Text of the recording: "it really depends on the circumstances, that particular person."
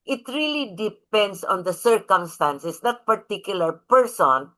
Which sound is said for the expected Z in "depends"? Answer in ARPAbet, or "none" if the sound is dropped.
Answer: S